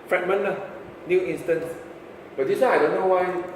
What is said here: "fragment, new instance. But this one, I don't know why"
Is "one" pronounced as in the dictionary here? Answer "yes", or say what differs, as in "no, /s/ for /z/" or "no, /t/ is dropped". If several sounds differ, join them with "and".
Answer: no, /n/ is dropped